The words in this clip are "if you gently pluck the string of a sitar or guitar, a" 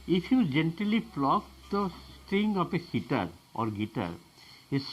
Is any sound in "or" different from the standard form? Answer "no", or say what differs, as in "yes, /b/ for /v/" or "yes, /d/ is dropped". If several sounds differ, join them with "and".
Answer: no